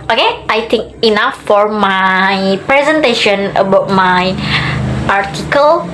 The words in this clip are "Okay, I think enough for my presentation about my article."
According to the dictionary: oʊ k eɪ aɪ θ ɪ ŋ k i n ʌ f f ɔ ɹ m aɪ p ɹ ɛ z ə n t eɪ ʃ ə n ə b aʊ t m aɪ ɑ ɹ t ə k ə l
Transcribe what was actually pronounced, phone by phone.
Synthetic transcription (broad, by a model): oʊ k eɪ aɪ t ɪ ŋ k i n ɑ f f ɔ ɹ m aɪ p ɹ ɛ z ə n t eɪ ʃ ə n ə b aʊ t m aɪ ɑ ɹ t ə k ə l